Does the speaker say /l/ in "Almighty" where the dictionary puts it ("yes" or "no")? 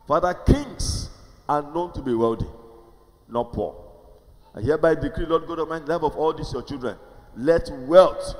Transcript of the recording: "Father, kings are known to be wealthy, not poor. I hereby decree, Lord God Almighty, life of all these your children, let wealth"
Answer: no